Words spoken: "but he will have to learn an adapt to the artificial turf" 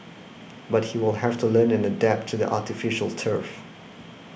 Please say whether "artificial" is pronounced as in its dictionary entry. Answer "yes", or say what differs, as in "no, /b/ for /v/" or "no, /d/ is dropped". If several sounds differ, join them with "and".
yes